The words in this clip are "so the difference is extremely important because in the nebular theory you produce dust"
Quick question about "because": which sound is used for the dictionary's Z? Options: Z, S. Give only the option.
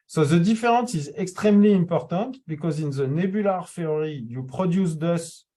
Z